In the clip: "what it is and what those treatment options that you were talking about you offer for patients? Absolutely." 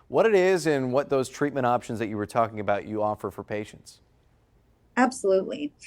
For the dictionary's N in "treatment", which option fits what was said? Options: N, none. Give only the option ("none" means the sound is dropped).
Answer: none